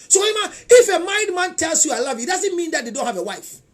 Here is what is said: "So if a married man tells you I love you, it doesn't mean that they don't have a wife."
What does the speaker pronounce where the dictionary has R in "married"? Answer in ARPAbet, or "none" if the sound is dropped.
none